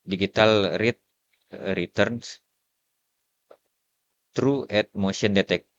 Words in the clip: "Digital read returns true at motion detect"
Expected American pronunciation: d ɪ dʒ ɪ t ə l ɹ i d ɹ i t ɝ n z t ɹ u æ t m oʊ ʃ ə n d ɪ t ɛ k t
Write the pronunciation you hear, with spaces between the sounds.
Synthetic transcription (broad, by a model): d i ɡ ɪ t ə l ɹ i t ɹ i t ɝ n s t ɹ u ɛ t m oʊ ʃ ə n d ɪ t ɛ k